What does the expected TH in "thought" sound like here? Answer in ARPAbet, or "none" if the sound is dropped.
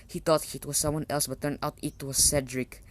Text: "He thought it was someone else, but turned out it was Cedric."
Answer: T